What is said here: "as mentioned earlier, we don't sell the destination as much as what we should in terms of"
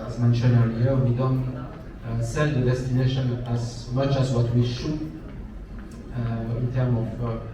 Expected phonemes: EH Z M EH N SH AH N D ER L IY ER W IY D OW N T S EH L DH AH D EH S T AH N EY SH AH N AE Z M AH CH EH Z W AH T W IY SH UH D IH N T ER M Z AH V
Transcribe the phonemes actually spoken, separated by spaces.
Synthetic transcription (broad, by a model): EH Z M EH N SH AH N ER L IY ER W IY D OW N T S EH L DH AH D EH S T AH N EY SH AH N AE Z M AH CH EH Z W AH T W IY SH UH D IH N T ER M AH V